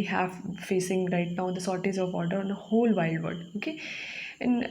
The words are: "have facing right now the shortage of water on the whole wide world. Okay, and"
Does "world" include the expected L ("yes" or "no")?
no